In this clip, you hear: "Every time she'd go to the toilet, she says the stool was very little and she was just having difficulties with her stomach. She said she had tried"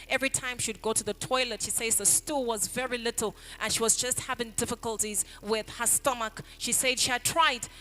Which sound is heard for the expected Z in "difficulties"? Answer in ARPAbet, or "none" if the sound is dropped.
Z